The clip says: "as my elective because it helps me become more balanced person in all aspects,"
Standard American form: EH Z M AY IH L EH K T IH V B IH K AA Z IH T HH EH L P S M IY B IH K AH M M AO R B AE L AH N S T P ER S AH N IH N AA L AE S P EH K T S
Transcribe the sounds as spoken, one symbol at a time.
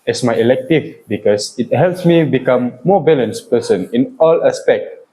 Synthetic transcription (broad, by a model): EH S M AY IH L EH K T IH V B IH K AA S IH T HH EH L P S M IY B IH K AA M M AO B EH L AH N S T P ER S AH N IH N AA L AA S P EH K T